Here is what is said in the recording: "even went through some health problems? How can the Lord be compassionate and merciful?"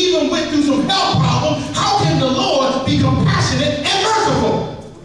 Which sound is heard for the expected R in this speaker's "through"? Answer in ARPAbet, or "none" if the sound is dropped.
none